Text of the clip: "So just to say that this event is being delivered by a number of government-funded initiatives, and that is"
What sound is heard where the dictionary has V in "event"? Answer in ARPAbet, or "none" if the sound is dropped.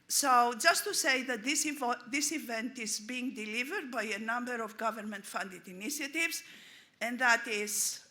V